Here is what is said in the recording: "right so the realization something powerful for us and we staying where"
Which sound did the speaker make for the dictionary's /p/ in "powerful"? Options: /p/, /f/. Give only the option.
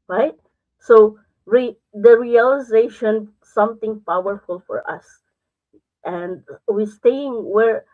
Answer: /p/